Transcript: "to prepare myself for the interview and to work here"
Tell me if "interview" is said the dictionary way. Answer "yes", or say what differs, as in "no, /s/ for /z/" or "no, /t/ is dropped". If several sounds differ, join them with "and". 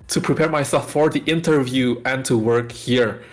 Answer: yes